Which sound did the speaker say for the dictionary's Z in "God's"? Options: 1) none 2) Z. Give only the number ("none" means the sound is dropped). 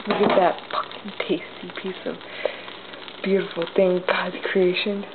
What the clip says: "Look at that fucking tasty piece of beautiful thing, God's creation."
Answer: 1